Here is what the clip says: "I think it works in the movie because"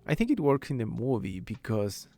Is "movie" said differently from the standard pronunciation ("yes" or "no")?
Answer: no